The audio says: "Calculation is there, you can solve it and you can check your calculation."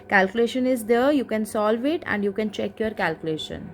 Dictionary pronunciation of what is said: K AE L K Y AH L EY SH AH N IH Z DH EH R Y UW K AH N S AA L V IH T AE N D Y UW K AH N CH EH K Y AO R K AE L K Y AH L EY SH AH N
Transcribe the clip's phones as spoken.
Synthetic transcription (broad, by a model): K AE L K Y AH L EY SH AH N IH Z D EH R Y UW K AH N S AA L V IH T AE N D Y UW K AH N CH EH K Y AO R K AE L K Y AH L EY SH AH N